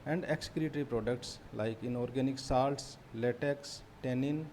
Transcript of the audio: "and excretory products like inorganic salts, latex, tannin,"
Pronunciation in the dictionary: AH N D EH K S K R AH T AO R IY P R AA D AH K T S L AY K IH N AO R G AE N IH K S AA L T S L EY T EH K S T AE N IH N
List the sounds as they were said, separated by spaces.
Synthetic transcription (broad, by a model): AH N D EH K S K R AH T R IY P R AA D AH K T S L AY K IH N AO R G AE N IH K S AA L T S L EY T EH K S T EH N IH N